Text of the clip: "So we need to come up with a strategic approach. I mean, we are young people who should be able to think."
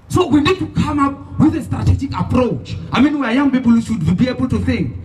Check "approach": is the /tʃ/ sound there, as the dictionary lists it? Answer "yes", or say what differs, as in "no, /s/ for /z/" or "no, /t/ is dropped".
yes